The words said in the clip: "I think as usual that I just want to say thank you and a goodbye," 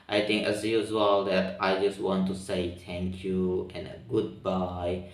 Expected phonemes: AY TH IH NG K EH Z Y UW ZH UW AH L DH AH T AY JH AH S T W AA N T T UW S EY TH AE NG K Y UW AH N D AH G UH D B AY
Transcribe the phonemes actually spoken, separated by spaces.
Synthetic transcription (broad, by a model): AY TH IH NG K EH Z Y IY Z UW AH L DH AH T AY JH AH S T W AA N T T UW S EY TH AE NG K Y UW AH N AH G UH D B AY